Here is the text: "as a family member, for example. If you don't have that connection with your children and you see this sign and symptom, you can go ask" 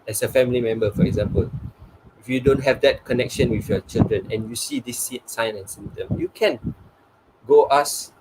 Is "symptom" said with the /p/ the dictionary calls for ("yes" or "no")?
no